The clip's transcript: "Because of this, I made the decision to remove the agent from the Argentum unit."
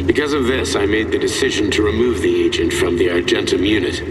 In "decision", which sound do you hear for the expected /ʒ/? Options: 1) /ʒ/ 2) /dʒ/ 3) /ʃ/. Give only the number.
1